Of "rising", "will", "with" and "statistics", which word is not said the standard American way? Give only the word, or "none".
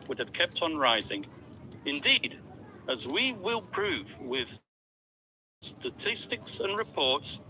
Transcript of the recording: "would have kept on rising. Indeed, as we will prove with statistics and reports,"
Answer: none